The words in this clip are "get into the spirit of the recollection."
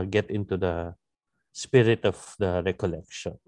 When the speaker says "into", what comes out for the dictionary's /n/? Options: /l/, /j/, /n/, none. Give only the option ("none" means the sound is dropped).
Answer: /n/